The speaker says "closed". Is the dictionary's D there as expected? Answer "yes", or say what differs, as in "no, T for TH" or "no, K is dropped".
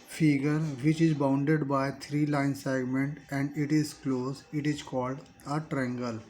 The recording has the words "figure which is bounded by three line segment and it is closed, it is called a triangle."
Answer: no, D is dropped